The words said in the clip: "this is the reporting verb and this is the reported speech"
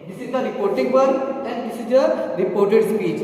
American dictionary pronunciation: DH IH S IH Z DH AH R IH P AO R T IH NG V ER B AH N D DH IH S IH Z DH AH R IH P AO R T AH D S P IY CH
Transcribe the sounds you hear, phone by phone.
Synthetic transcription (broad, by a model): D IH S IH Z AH R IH P AO R T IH NG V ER AH N D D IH S IH Z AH R IH P AO R T AH D S P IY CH